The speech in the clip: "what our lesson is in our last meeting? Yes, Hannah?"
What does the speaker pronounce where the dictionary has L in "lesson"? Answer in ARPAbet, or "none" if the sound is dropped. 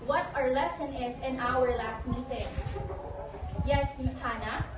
L